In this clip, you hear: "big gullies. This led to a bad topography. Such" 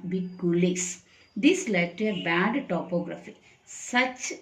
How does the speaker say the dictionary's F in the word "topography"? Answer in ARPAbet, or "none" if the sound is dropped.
F